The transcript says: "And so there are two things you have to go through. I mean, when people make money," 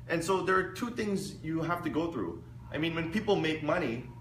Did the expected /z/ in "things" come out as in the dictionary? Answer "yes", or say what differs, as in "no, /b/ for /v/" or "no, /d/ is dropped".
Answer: yes